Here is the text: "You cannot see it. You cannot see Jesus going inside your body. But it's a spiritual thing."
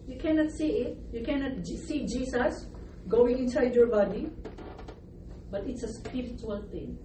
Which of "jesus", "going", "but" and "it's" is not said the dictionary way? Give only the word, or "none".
jesus